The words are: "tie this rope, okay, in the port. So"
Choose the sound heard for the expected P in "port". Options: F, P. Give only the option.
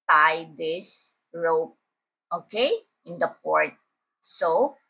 P